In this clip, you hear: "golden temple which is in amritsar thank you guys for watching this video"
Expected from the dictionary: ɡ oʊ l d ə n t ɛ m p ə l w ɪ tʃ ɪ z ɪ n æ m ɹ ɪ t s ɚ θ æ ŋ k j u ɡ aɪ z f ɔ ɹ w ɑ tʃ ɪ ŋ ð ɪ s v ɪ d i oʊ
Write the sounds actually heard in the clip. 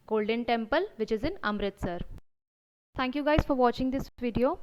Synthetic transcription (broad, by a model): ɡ oʊ l d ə n t ɛ m p ə l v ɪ tʃ ɪ z ɪ n æ m ɹ ɪ t s ɚ t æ ŋ k j u ɡ aɪ z f ɔ ɹ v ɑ tʃ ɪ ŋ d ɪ s v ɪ d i oʊ